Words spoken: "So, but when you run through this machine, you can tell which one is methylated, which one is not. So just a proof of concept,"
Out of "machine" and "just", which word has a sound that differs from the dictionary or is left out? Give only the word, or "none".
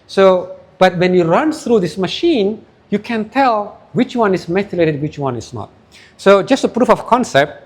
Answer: none